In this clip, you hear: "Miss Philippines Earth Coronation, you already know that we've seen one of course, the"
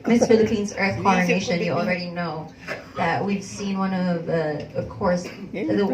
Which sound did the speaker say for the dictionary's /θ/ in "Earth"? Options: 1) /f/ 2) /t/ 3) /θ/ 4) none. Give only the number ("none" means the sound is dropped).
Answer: 3